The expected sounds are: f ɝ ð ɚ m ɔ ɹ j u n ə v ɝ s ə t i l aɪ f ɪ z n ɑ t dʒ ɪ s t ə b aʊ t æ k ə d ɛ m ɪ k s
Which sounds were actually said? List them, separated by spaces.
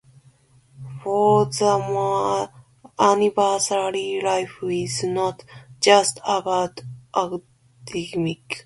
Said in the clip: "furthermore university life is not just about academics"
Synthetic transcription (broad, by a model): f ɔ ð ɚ m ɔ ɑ n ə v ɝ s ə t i l aɪ f ɪ z n ɑ t dʒ ɪ s t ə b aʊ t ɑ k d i m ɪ k